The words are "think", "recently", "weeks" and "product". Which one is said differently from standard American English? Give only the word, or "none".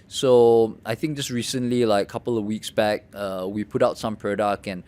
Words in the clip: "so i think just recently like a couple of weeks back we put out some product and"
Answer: product